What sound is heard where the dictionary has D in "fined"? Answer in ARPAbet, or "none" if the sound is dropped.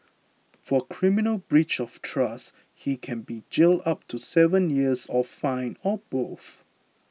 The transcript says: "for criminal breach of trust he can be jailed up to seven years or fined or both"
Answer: none